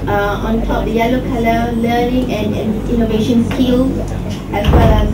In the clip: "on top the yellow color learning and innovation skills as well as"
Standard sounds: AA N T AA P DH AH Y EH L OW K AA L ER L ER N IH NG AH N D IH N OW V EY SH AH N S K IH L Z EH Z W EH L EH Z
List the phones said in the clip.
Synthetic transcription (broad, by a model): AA N T AA P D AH Y EH L OW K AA L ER L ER N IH NG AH N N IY N OW V EY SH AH N S K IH L EH S W EH L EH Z